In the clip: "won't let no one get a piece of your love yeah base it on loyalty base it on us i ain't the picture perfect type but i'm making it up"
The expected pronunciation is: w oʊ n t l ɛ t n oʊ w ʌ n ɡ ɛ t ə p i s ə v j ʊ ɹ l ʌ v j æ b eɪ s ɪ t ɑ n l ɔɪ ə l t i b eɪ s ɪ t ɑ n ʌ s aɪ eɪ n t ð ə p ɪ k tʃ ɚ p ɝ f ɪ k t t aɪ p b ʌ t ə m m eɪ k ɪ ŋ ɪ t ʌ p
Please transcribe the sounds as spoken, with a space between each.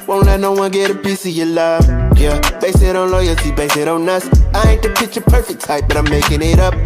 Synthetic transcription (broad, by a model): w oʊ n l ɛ n oʊ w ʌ ɡ ɛ t ə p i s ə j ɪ l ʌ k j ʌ b eɪ s ɪ t ɑ n l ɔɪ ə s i b eɪ s ɪ t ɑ n ʌ s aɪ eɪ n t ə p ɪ tʃ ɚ p ɝ f ɪ k t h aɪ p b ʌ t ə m m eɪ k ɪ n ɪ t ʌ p